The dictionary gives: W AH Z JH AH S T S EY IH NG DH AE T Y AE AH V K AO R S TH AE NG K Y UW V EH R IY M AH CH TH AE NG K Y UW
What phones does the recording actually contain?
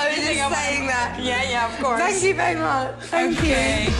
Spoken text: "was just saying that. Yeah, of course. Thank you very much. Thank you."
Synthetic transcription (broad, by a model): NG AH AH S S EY IH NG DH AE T Y AE AH V K AO R TH AE NG K Y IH V EH R IY M AH CH TH AE NG K Y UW